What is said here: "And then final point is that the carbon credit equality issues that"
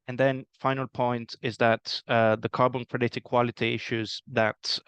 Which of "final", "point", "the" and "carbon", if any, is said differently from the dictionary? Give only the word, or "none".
none